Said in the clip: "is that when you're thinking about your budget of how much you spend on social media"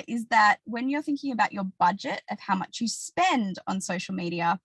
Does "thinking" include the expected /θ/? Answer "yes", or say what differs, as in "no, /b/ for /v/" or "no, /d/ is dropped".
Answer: yes